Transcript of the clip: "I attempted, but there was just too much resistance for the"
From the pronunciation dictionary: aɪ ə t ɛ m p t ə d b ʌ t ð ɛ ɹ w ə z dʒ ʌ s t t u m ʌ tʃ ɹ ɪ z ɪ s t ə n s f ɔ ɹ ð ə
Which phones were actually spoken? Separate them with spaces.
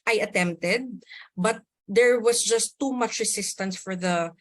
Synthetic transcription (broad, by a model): aɪ ə t ɛ m p t ə d b ʌ t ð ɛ ɹ w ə s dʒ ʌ s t t u m ʌ tʃ ɹ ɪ s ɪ s t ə n s f ɔ ɹ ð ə